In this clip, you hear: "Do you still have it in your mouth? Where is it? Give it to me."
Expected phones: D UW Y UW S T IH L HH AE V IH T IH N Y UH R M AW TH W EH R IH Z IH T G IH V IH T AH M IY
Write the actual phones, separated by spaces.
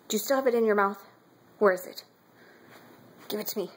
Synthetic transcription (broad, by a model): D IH Y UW S T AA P IH T IH N Y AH R M AW TH W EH R IH Z IH T G IH V IH T AH M IY